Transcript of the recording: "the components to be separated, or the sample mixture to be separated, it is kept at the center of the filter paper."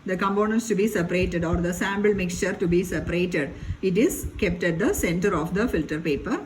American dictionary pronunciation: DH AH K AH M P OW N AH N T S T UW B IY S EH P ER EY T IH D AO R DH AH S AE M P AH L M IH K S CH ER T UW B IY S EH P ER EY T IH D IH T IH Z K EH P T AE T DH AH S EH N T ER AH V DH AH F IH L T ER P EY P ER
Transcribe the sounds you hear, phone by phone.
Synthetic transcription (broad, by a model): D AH K AH M P OW N AH N T S T UW B IY S EH P ER EY T IH D AO R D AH S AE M B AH L M IH K S CH ER T UW B IY S EH P ER EY T IH D IH T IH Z K EH P T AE T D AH S EH N T ER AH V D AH F IH L T ER P EY P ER